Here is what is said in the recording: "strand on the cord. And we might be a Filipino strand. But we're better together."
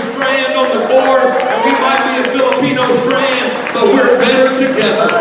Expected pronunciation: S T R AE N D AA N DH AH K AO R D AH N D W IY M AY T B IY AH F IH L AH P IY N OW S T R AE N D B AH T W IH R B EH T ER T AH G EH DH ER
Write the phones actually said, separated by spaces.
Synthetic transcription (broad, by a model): S T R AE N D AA N DH AH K AO R AH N W IY M AY T B IY AH F IH L AH P IY N OW S T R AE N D B AH T W IH R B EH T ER T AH G EH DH ER